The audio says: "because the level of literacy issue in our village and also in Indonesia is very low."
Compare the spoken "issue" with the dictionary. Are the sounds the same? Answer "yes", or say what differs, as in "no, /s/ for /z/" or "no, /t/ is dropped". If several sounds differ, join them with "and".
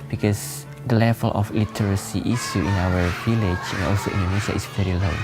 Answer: no, /s/ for /ʃ/